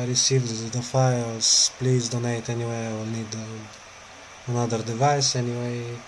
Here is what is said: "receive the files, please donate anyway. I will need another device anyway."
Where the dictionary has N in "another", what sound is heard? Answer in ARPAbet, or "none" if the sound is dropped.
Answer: L